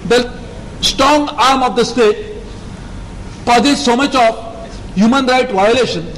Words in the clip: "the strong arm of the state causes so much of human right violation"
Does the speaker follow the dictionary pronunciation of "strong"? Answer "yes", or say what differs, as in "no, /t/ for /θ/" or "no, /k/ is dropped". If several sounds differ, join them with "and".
yes